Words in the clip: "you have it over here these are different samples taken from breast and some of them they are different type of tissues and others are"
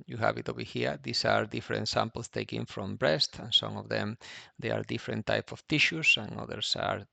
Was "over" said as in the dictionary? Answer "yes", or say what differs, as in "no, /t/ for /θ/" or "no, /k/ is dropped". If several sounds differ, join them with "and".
no, /b/ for /v/